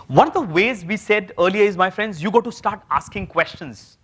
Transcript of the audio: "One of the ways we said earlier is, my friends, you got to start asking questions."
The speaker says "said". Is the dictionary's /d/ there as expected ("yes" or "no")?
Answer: yes